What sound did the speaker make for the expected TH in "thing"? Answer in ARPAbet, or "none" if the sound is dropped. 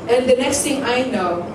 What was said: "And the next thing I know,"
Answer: T